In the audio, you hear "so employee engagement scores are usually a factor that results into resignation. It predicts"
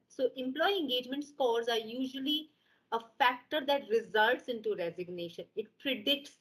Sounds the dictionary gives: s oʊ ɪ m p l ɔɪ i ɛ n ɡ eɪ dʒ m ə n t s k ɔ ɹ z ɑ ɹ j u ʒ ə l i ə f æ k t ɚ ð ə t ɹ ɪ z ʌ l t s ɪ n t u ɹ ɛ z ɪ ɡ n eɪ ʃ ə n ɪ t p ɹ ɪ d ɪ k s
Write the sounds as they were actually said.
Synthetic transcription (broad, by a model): s oʊ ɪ m p l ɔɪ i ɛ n ɡ eɪ dʒ m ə n t s k ɔ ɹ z ɑ ɹ j u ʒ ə l i ə f æ k t ɚ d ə t ɹ ɪ z ʌ l t s ɪ n t u ɹ ɛ z ɪ ɡ n eɪ ʃ ə n ɪ t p ɹ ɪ d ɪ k s